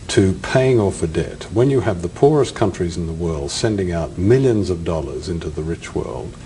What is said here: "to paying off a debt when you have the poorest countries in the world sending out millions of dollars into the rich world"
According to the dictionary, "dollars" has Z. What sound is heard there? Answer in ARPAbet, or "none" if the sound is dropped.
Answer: Z